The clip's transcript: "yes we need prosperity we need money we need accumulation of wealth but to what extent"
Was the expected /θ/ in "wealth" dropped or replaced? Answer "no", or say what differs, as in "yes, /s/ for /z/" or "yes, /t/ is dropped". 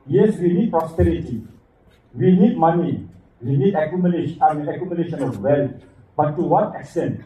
yes, /t/ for /θ/